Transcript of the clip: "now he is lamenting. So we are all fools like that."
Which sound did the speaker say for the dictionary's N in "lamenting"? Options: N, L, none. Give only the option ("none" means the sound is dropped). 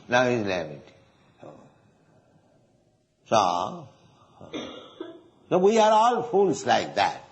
none